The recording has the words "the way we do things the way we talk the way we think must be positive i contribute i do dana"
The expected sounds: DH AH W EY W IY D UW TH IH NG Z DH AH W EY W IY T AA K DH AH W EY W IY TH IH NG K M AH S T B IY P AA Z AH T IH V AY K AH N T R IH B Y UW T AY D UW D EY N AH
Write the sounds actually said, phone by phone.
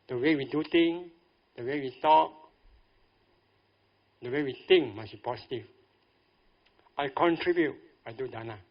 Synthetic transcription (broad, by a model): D AH W EY W IY D UW T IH NG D AH W EY W IY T AA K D AH W EY W IY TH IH NG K M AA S B IY P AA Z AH T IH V AY K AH N T R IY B Y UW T AY D UW D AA N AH